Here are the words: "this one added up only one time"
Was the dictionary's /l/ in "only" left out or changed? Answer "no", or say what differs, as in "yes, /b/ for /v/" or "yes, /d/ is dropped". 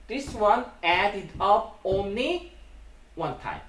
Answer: no